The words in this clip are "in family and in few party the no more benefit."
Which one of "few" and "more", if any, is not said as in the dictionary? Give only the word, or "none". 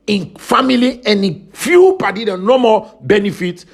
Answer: more